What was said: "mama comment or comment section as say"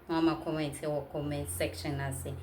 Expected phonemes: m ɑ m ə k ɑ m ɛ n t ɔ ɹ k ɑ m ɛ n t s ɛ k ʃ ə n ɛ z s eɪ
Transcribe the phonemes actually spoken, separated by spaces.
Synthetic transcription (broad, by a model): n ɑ m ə k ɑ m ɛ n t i w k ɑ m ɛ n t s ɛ k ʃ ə n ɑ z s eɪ